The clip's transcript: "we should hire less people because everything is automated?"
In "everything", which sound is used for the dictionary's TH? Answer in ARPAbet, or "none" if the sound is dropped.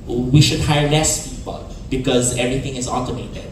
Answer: T